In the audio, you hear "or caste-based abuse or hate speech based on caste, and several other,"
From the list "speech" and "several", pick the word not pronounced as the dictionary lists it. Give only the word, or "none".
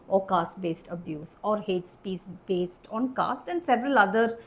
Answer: speech